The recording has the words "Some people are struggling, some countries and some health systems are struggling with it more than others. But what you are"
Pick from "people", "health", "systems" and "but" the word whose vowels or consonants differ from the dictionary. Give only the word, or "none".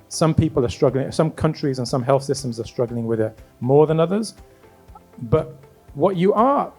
none